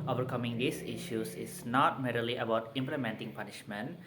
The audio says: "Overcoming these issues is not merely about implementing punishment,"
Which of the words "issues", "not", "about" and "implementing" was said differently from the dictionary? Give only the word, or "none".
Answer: issues